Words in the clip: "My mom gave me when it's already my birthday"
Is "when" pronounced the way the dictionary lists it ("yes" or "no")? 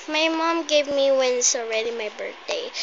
yes